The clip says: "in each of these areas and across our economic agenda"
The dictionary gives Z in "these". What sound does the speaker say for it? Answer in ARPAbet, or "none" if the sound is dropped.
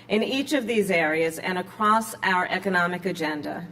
Z